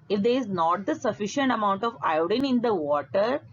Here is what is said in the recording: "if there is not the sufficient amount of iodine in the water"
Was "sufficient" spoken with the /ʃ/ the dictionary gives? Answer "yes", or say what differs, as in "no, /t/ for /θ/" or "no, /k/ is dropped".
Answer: yes